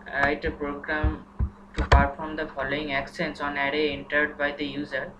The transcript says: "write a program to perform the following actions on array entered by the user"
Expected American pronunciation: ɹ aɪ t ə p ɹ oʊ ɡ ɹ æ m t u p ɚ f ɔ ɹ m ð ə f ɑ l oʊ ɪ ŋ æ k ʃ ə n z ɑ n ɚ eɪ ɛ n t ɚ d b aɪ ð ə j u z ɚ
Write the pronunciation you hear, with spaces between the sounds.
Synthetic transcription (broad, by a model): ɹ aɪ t ə p ɹ oʊ ɡ ɹ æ m t u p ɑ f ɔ ɹ m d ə f ɑ l oʊ ɪ ŋ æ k s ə n s ɑ n ɚ eɪ ɛ n t ɚ d b aɪ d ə j u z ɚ